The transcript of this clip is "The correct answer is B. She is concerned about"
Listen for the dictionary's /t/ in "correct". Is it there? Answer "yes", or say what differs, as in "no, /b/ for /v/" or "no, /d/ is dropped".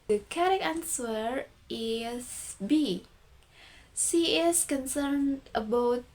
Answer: no, /t/ is dropped